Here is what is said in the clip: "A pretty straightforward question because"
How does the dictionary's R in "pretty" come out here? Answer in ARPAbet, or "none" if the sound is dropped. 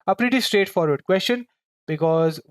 R